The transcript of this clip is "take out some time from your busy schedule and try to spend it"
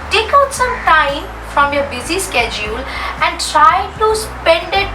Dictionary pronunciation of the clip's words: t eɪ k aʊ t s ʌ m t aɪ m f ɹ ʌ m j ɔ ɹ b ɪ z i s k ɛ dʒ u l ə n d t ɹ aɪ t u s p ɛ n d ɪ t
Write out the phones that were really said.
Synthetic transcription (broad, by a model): t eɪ k aʊ t s ʌ m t aɪ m f ɹ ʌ m j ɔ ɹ b ɪ z i s k ɛ dʒ u l ə n d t ɹ aɪ t u s p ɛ n d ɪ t